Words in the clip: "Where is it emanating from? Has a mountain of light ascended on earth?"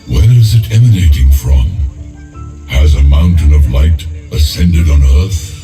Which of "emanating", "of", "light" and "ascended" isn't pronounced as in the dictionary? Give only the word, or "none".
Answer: none